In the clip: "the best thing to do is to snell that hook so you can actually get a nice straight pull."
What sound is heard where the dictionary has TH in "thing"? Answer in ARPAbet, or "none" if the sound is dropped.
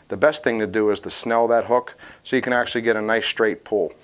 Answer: TH